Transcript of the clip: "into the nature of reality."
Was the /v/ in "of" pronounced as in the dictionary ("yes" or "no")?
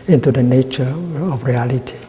no